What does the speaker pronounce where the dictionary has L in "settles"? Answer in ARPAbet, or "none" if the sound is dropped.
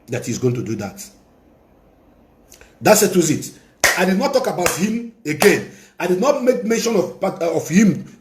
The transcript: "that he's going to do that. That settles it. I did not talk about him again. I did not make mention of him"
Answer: none